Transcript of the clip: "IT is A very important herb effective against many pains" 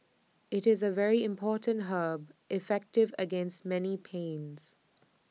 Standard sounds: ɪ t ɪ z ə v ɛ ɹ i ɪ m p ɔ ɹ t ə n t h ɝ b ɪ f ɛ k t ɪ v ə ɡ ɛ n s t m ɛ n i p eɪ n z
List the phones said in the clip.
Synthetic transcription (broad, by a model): ɪ t ɪ z ə v ɛ ɹ i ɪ m p ɔ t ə n t h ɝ b ɪ f ɛ k t ɪ v ə ɡ ɛ n s t m ɛ n i p eɪ n z